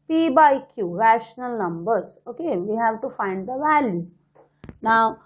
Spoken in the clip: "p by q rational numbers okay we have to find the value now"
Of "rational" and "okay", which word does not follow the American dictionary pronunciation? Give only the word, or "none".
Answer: none